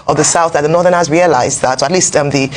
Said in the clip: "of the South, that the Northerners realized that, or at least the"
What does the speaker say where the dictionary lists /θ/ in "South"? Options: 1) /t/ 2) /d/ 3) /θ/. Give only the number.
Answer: 3